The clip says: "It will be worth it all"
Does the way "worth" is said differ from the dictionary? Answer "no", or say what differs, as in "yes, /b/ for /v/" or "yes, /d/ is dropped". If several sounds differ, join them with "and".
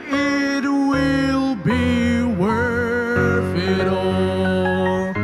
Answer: yes, /f/ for /θ/